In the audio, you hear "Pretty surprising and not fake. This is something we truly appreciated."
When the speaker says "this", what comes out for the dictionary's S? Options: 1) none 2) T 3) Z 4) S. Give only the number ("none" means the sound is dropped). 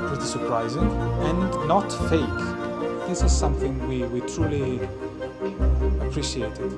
4